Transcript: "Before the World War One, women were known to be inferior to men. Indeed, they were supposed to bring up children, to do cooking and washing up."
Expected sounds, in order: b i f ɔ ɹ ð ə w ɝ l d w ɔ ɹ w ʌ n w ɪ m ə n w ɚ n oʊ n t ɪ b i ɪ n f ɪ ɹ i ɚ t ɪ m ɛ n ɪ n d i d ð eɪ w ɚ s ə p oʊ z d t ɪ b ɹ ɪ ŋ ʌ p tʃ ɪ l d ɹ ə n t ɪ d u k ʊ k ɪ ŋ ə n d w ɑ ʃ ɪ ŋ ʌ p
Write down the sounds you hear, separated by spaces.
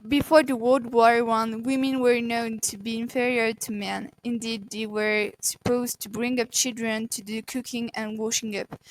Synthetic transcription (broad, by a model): b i f ɔ ɹ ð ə w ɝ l d w ɔ ɹ w ʌ n w ɪ m ə n w ɚ n oʊ n t ɪ b i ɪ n f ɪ ɹ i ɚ t ɪ m ɛ n ɪ n d i d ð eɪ w ɚ s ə p oʊ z t ɪ b ɹ ɪ ŋ ʌ p tʃ ɪ l d ɹ ə n t ɪ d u k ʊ k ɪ ŋ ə n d w ɑ ʃ ɪ ŋ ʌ p